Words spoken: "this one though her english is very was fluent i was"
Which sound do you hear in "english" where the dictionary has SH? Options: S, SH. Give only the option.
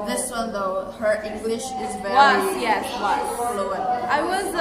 SH